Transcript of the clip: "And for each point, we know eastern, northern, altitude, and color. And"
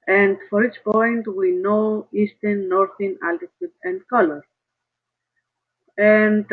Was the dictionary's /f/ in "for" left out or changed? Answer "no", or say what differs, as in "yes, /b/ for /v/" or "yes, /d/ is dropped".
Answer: no